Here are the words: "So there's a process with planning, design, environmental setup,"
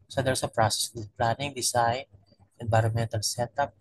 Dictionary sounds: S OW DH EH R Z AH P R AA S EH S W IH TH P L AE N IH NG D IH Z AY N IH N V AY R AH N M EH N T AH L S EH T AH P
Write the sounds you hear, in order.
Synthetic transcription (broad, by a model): S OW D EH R S AH P R AA S EH S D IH P L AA N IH NG D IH S AY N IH N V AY R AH N M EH N T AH L S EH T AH P